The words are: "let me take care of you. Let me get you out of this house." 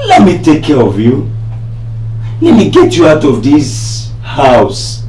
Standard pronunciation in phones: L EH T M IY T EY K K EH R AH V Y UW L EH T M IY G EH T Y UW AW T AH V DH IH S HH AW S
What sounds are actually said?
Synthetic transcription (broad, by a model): L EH T M IY T EY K K EH R AH V Y UW N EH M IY G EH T Y UW AW T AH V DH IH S HH AW S